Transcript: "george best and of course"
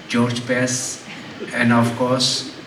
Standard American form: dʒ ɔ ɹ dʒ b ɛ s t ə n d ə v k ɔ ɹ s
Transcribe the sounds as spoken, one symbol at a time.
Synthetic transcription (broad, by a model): dʒ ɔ ɹ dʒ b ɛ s ə n d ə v k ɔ ɹ s